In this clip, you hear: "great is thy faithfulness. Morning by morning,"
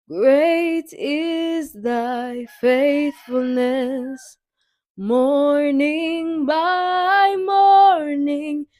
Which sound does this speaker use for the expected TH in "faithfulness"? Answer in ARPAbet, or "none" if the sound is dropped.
TH